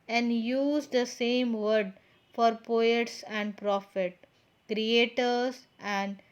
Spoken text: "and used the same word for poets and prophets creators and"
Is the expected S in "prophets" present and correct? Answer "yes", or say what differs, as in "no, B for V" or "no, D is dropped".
no, S is dropped